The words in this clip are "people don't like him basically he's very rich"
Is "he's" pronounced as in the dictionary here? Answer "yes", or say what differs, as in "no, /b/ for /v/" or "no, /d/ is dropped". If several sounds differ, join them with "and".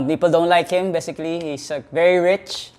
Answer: no, /s/ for /z/